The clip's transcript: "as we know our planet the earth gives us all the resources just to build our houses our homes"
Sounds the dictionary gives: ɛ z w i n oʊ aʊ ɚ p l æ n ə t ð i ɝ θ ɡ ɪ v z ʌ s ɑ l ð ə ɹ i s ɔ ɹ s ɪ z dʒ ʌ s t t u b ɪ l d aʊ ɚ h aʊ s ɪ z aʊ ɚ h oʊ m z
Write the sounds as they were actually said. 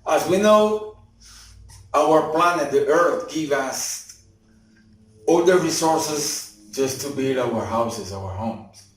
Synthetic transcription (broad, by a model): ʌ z w i n oʊ aʊ ɚ p l æ n ə t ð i ɝ θ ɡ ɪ v ʌ s ɑ l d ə ɹ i s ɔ ɹ s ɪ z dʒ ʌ s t t u b ɪ l d aʊ ɚ h aʊ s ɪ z aʊ ɚ h oʊ m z